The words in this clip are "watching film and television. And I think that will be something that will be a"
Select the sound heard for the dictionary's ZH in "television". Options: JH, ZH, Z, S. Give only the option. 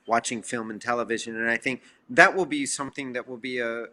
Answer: ZH